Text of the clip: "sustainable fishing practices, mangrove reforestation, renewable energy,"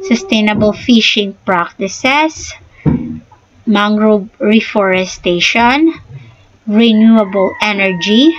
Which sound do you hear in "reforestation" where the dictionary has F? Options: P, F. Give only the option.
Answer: F